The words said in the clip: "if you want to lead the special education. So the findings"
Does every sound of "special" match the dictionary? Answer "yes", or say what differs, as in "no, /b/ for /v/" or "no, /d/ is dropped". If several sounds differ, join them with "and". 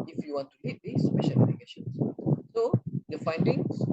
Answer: yes